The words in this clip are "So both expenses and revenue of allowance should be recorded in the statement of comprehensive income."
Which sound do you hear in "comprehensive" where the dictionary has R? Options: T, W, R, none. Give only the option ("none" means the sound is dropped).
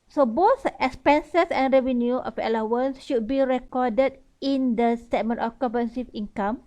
none